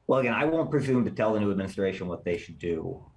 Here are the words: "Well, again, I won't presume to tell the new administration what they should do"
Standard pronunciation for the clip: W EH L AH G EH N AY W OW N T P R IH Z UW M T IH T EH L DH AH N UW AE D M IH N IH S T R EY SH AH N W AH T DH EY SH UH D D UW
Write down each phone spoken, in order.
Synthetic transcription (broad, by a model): W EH L AH G EH N AY W OW N P R IH Z UW M T IH T EH L DH AH N UW AE D M IH N IH S T R EY SH AH N W AH T DH EY SH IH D D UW